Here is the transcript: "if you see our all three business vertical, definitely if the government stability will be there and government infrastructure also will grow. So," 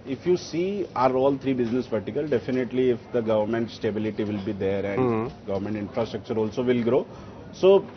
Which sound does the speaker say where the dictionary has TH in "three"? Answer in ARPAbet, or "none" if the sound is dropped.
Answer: T